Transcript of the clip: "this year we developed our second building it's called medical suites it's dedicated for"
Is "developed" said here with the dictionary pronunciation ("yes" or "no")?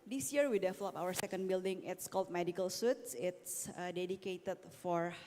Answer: no